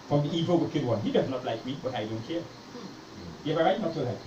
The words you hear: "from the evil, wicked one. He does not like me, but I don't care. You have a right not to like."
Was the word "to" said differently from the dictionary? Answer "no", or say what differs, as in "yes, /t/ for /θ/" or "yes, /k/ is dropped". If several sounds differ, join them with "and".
yes, /s/ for /t/